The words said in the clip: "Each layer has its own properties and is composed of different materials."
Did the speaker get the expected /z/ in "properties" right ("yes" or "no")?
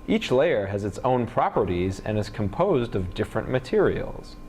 yes